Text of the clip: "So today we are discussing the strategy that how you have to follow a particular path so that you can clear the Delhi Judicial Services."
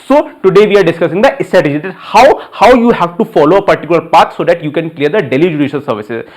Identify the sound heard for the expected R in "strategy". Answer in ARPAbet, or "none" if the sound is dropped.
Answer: none